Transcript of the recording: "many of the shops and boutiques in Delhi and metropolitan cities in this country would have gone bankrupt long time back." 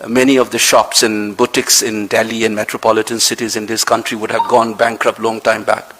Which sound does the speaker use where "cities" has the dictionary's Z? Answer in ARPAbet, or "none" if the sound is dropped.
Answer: Z